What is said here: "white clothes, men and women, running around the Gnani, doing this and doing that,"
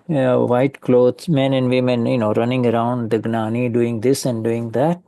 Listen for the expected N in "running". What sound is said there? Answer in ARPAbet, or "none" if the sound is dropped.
N